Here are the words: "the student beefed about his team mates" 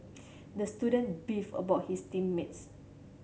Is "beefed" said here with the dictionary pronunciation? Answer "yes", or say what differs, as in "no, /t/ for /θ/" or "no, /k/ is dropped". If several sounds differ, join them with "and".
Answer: no, /t/ is dropped